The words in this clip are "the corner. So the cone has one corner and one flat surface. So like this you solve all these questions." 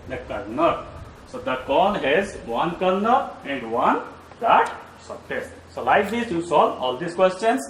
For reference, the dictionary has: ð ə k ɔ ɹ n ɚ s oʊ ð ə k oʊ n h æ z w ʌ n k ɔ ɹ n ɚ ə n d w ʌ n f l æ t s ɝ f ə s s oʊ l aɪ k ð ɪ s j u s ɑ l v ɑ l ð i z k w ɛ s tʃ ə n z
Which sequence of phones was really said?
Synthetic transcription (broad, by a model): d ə k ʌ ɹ n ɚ s oʊ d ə k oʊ l h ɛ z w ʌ n k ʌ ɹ n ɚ ə n d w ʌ n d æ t s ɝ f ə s s oʊ l aɪ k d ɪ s j u s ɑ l ɑ l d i s k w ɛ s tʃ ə n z